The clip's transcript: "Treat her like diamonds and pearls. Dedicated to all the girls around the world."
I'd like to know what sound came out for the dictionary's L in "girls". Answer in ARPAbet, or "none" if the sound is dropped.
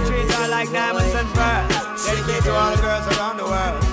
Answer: L